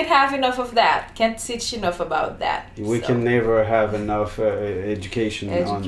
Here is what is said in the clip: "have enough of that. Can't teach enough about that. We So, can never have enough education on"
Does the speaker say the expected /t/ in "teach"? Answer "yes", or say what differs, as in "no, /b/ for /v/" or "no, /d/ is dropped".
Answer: no, /s/ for /t/